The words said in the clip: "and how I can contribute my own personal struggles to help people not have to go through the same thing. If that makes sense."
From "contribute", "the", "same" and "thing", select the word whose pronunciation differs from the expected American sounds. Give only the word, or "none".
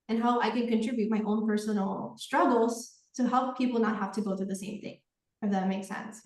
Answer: none